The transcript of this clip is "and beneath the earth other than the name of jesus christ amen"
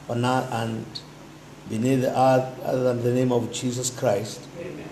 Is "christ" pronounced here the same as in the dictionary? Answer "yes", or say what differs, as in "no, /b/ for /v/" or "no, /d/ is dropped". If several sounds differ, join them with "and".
yes